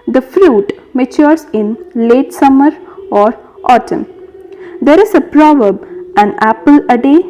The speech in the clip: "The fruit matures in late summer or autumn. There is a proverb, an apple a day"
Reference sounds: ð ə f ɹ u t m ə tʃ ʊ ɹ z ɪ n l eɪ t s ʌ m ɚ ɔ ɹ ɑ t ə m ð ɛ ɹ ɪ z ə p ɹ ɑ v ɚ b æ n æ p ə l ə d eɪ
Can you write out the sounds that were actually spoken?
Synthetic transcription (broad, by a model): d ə f ɹ u t m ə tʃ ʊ ɹ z ɪ n l eɪ t s ʌ m ɚ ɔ ɹ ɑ t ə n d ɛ ɹ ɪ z ə p ɹ ɑ v ɚ b æ n æ p ə l ə d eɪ